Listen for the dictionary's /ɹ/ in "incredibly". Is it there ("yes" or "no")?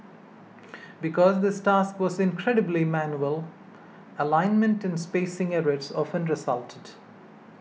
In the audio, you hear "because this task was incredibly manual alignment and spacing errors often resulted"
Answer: yes